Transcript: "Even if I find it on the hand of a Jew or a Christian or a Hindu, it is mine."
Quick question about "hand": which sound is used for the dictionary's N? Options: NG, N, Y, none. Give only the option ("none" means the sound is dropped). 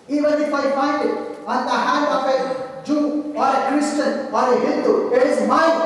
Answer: none